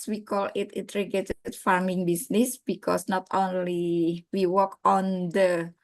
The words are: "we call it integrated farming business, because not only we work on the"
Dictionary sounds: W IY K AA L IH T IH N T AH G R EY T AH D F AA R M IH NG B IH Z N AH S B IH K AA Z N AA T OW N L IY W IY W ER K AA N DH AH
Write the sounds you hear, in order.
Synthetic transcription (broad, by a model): W IY K AA L IH T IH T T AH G EY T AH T F AA R M IH NG B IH S N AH S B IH K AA S N AA T OW N L IY W IY W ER K AA N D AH